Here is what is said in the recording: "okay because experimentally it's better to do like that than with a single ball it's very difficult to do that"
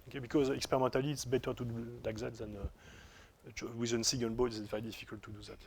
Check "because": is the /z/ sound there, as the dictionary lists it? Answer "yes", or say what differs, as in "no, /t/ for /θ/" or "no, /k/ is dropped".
yes